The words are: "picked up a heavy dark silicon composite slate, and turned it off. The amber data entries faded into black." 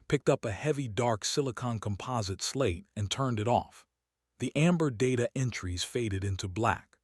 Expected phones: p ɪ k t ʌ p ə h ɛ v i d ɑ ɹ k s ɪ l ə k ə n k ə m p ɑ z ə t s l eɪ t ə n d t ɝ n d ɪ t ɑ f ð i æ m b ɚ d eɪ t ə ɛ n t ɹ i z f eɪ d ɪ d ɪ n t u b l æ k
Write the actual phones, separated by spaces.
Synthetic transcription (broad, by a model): p ɪ k t ʌ p ə h ɛ v i d ɑ ɹ k s ɪ l ə k ə n k ə m p ɑ z ə t s l eɪ t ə n t ɝ n d ɪ t ɑ f ð i æ m b ɚ d eɪ t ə ɛ n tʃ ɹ i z f eɪ d ɪ d ɪ n t u b l æ k